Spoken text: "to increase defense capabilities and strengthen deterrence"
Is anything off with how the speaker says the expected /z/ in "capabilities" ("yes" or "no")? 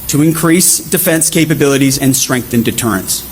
no